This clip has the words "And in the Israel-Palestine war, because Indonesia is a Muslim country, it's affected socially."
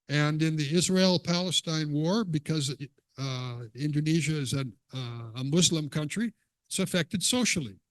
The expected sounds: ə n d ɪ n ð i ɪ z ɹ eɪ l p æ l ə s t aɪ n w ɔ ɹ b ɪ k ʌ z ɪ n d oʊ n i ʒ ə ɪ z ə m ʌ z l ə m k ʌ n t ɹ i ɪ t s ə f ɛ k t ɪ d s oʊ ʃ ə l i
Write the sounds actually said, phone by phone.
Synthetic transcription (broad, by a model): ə n ɪ n ð i ɪ z ɹ eɪ l p æ l ə s t aɪ n w ɔ ɹ b ɪ k ʌ z ɪ n d oʊ n i ʒ ə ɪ z ə m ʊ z l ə m k ʌ n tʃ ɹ i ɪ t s ə f ɛ k t ɪ d s oʊ ʃ l i